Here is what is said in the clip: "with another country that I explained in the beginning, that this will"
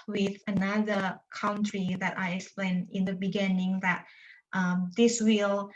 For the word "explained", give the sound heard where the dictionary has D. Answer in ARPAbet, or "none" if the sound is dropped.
none